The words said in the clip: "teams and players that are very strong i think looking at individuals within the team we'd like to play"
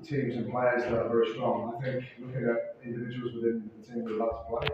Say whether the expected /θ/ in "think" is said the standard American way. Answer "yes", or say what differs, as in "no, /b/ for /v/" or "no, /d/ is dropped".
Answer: yes